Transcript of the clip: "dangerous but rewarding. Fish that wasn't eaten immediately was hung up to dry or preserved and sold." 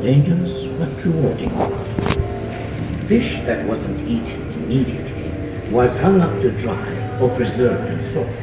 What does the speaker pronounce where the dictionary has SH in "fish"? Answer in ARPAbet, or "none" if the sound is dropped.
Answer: SH